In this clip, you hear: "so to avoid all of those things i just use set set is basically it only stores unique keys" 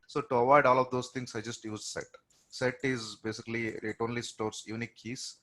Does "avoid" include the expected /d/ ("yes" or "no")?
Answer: yes